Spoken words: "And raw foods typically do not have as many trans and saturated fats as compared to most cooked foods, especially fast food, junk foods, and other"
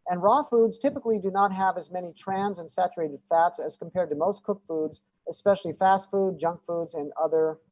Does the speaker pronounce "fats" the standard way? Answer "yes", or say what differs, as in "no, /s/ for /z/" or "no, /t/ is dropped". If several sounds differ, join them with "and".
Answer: yes